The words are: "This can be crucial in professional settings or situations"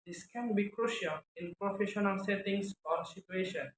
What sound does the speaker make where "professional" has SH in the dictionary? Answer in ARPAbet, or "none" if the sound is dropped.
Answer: SH